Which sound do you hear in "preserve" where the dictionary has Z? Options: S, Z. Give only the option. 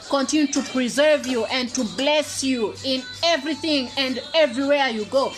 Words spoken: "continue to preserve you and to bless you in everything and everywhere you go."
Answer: Z